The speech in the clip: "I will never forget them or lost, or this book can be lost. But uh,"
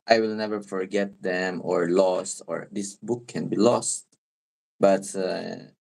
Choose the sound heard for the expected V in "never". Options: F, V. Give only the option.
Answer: V